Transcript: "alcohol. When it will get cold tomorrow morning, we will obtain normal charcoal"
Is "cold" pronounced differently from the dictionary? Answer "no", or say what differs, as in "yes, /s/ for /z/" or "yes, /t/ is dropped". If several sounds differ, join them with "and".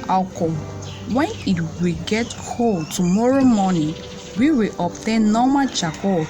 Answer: no